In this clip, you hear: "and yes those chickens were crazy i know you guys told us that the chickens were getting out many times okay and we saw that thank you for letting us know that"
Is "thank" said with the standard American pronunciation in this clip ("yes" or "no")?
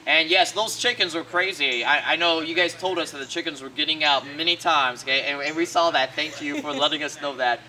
yes